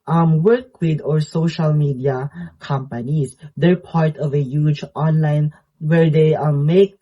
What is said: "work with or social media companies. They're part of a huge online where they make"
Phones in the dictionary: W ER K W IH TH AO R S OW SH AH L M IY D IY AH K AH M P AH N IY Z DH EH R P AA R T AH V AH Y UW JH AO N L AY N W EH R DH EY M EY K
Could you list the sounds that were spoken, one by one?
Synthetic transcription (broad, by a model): W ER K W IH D AO R S OW SH AH L M IY D IY AH K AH M P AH N IY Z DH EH R P AA R T AH V AH Y UW JH AO N L AY N W EH R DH EY M EY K